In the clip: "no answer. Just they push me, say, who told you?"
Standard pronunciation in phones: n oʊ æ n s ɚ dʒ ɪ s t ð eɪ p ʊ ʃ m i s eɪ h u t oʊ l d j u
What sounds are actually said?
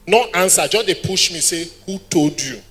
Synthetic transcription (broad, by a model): n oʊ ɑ n s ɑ dʒ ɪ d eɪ p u ʃ m i s eɪ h u t oʊ d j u